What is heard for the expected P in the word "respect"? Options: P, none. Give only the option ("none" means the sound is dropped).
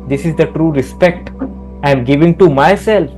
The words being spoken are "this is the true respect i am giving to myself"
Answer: P